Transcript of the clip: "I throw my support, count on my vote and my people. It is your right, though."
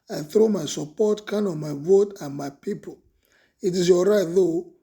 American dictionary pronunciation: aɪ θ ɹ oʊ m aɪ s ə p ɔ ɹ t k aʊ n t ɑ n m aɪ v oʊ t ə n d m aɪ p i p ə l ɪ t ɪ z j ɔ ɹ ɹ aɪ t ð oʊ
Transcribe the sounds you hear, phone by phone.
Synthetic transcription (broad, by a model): aɪ θ ɹ oʊ m aɪ s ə p ɔ t k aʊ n ɑ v m aɪ v oʊ t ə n m aɪ p i p ə l ɪ t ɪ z j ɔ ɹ ɹ aɪ t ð oʊ